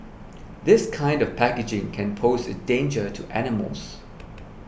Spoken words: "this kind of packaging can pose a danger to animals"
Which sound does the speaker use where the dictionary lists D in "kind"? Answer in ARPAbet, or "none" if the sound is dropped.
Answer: D